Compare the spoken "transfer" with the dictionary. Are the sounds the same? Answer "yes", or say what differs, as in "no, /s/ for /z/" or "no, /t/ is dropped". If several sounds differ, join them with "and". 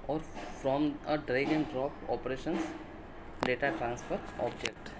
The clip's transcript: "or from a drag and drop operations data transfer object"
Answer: yes